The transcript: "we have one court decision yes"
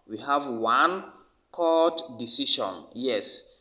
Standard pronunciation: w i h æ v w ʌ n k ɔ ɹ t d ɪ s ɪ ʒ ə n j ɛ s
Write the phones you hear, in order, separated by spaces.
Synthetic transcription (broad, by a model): w i h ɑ v w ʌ n k ɔ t d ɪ s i ʃ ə n j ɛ s